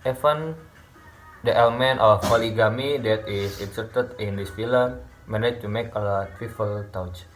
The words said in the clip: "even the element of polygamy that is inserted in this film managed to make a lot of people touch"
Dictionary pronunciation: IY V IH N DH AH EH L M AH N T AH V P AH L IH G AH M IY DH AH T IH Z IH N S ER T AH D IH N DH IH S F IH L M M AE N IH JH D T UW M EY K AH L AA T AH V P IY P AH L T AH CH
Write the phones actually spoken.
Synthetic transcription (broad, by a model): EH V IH N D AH EH L M AH N T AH F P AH L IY G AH M IY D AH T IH S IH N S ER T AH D IH N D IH S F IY L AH M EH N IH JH T UW M EY K AH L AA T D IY F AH L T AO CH